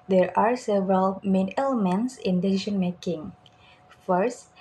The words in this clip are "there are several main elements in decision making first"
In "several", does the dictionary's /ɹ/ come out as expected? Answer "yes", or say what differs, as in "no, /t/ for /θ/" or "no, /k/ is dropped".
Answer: yes